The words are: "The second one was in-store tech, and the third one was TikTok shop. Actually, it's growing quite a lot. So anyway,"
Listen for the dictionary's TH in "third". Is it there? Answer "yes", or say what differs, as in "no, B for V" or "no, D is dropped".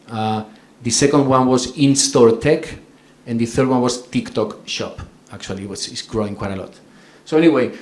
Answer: yes